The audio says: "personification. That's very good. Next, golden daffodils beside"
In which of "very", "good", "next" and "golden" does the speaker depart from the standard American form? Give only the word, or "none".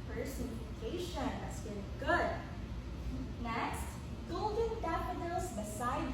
very